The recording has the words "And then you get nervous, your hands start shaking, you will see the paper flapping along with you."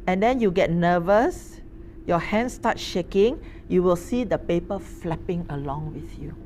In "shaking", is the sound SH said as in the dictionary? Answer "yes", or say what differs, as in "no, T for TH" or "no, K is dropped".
yes